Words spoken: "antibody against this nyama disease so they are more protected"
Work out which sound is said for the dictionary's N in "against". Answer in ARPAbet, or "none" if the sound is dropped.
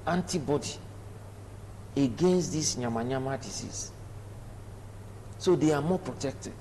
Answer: N